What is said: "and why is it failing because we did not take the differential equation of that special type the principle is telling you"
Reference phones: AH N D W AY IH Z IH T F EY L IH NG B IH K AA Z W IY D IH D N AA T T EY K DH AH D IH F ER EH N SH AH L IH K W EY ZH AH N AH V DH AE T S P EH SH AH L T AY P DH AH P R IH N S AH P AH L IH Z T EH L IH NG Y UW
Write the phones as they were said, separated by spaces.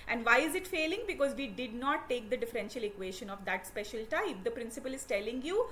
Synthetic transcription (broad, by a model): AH N D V AY IH Z IH T F EY L IH NG B IH K AA Z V IY D IH D N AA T T EY K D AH D IH F ER EH N SH AH L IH K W EY SH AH N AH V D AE T S P EH SH AH L T AY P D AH P R IH N S AH P AH L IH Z T EH L IH NG Y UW